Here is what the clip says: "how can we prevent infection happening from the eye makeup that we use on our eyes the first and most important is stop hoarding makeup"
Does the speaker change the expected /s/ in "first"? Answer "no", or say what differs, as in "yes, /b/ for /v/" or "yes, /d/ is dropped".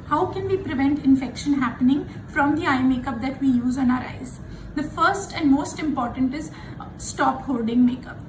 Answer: no